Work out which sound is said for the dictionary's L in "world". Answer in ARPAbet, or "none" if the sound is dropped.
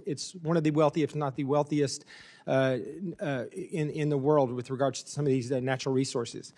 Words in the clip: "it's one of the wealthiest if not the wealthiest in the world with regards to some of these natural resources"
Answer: L